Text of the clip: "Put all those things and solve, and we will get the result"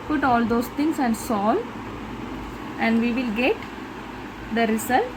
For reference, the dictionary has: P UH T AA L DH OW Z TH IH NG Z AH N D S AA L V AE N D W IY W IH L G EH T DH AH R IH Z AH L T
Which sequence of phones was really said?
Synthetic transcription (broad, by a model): P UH T AA L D OW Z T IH NG S AH N D S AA L AE N D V IY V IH L G EH T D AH R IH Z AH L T